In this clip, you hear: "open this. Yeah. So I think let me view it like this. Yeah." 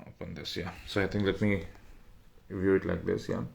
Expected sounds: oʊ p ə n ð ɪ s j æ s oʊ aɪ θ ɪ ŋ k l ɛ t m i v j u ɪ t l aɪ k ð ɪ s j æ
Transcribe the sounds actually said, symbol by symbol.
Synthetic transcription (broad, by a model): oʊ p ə n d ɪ s j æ s oʊ aɪ t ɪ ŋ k l ɛ t m i v j u ɪ t l aɪ k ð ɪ s j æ